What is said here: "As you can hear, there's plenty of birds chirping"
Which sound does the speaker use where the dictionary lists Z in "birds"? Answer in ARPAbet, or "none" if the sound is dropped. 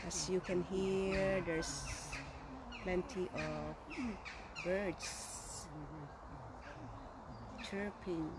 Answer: S